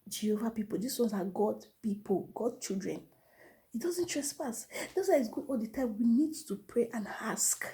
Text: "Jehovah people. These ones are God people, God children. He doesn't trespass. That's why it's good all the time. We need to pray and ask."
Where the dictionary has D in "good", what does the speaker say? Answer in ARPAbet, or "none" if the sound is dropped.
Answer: none